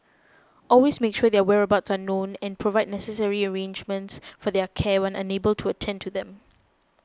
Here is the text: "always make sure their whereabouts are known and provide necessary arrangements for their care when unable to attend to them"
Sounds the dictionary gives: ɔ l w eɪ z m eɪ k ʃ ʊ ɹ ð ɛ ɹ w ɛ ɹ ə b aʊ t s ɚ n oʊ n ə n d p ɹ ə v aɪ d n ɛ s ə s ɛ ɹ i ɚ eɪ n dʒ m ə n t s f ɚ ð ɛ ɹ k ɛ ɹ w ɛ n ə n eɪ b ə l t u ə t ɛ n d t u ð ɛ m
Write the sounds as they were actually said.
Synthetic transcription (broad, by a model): ɔ l w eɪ s m eɪ k ʃ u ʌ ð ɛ w ɛ ɹ ə b aʊ t s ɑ n oʊ n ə n p ɹ ə v aɪ d n ɛ s ə s ɛ ɹ i ɚ eɪ n dʒ m ə n t s f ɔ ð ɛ k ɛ w ɛ n ə n eɪ b ə l t u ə t ɛ n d t u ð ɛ m